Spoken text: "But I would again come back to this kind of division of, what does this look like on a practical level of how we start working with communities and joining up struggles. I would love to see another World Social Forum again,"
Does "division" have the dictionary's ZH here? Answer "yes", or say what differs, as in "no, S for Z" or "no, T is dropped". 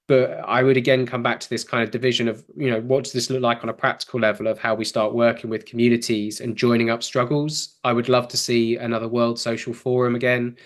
yes